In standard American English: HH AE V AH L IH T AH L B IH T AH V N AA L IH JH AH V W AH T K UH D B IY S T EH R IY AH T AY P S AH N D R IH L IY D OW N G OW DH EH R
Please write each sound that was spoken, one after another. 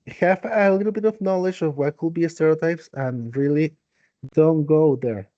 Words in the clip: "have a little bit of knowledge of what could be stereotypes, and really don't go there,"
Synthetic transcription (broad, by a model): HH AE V AH L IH T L B IH T AH V N AA L IH JH AH V W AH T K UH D B IY S T EH R IY AH T AY P S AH N R IH L IY D OW N G OW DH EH R